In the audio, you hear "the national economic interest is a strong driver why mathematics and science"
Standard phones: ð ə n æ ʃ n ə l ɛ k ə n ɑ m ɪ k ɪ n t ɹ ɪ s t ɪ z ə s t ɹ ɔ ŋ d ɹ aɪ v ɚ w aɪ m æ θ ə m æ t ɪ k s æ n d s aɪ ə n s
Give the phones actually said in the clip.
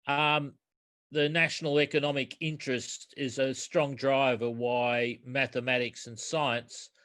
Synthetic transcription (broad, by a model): ð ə n æ ʃ n l ɛ k ə n ɑ m ɪ k ɪ n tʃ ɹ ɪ s t ɪ z ə s t ɹ ɔ ŋ d ɹ aɪ v ɚ w aɪ m æ θ ə m æ t ɪ k s n s aɪ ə n s